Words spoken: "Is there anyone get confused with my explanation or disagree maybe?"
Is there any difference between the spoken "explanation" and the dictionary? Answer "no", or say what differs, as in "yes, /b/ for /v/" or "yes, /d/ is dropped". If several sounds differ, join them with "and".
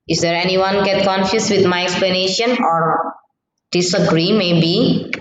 no